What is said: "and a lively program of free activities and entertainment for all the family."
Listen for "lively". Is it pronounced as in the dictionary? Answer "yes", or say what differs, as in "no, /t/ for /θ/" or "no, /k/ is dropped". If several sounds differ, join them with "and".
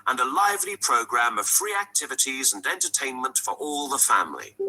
yes